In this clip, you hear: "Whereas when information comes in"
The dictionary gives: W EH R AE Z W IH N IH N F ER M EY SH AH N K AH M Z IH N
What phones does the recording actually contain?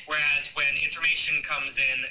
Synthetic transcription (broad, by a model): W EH R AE Z W IH N IH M F ER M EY SH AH N K AH M Z IH N